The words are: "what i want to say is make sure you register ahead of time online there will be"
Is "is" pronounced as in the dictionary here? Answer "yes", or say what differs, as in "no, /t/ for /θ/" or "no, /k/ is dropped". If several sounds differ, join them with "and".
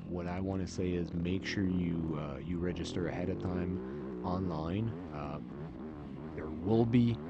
yes